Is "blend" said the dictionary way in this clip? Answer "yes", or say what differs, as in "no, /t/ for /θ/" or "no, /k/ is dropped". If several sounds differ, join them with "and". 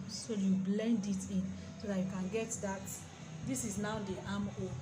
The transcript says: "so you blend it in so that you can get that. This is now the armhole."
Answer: yes